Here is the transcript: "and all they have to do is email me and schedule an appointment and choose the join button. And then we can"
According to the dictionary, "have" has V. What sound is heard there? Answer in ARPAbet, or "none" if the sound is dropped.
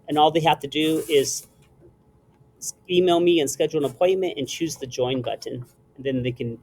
F